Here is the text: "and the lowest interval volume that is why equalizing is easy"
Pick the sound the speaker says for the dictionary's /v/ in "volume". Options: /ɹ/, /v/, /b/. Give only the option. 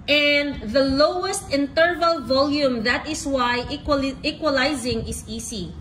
/v/